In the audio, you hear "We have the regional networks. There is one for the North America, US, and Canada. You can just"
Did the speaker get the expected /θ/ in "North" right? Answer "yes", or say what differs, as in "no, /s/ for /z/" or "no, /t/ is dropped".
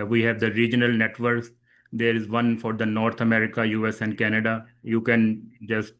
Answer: no, /t/ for /θ/